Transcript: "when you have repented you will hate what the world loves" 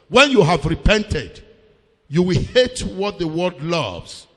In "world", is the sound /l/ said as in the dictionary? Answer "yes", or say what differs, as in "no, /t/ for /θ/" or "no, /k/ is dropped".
no, /l/ is dropped